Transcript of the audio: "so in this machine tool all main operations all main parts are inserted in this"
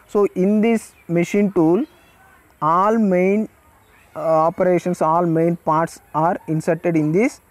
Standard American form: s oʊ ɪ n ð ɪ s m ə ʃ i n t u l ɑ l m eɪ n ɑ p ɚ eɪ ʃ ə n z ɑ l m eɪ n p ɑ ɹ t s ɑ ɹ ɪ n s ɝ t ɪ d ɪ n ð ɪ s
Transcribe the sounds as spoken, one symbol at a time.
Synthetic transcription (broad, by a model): s oʊ ɪ n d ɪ s m ə ʃ i n t u l ɑ l m eɪ n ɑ p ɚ eɪ ʃ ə n s ɑ l m eɪ n p ɑ ɹ t s ɑ ɹ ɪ n s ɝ t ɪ d ɪ n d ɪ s